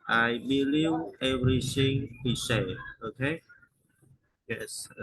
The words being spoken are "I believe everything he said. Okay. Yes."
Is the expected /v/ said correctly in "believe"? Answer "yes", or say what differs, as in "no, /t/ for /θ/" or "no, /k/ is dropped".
no, /w/ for /v/